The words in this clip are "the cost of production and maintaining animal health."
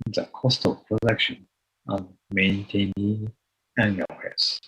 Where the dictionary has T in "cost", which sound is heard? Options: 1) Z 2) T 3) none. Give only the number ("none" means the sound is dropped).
2